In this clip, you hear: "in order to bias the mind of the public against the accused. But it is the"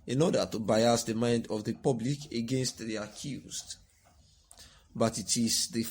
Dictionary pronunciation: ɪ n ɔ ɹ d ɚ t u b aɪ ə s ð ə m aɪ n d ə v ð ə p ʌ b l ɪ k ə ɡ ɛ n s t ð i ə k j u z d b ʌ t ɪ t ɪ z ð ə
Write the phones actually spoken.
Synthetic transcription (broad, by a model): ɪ n ɔ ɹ d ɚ t u b aɪ ə s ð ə m aɪ n d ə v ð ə p ʌ b l ɪ k ə ɡ ɛ n s t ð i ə k j u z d b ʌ t ɪ t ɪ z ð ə